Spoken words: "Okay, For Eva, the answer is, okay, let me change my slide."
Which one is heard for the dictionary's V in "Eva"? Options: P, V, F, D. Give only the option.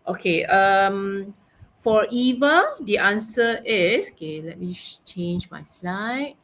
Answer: V